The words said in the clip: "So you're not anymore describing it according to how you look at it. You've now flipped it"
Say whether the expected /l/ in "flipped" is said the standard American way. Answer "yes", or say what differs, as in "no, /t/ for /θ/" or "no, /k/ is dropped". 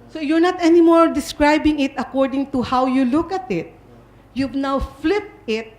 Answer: yes